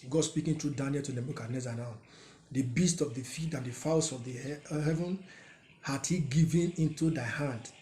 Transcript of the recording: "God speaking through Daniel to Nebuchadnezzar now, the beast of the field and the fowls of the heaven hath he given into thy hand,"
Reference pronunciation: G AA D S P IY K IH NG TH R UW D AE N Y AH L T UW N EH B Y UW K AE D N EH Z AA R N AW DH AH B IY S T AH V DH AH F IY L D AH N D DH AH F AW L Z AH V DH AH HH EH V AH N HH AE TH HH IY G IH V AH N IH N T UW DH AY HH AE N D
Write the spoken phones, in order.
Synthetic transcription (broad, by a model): G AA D S P IY K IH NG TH R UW D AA N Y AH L T UW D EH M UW K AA N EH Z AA N AW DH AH B IY S T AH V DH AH F IY D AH N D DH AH F AW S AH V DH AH HH EH V AH N HH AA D HH IY G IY V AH N IH N T UW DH AY HH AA N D